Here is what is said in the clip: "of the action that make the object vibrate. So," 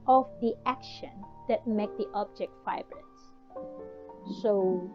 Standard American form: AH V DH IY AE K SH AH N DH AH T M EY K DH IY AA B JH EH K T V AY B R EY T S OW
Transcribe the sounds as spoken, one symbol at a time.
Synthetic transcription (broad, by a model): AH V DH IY AE K SH AH N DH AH T M EY K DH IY AA B JH EH K T F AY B R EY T S OW